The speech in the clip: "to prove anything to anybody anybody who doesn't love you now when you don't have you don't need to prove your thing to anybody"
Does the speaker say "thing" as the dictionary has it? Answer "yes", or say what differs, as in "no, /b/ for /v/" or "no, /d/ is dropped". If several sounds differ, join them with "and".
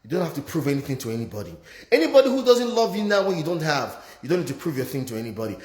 yes